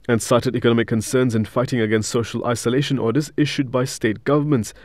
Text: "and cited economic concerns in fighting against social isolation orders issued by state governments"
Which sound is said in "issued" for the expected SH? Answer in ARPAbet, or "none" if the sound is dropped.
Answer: SH